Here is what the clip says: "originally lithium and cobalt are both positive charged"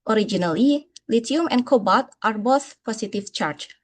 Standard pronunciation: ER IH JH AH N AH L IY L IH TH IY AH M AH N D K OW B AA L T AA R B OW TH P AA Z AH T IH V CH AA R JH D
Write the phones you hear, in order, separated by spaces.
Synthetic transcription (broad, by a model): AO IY JH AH N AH L IY L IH T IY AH M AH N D K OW B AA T T AA R B OW TH P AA S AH T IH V CH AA R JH